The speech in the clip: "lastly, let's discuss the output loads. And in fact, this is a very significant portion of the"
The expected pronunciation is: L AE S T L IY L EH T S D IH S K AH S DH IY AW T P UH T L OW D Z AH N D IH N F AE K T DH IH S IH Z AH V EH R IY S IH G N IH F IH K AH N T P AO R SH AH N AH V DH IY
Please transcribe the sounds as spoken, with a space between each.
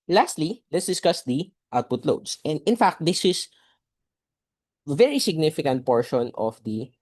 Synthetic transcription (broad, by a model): L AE S T L IY L EH T S D IH S K AH S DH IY AW T P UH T L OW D S AH N D IH N F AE K T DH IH S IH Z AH V EH R IY S IH G N IH F IH K AH N T P AO R SH AH N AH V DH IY